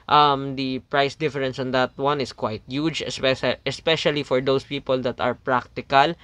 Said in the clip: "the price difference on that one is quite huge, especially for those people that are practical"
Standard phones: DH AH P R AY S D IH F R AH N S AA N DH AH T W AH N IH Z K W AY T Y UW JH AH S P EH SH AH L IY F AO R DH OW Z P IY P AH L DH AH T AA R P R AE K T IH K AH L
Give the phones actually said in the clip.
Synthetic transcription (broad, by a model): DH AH P R AY S D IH F R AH N S AA N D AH T W AH N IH S K W AY T Y UW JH AH S P EH SH AH L IY F AO R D OW S P IY P AH L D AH T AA R P R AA K T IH K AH L